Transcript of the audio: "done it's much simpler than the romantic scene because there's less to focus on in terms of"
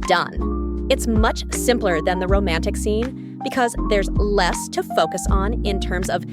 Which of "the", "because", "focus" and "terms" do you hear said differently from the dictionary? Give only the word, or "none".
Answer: none